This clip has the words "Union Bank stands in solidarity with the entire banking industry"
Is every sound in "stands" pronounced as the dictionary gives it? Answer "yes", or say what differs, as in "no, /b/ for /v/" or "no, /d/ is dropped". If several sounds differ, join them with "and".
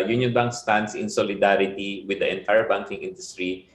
no, /s/ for /z/